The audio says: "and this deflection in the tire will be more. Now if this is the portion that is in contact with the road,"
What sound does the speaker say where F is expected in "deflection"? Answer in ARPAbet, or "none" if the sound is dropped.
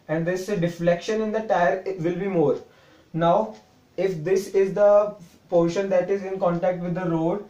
F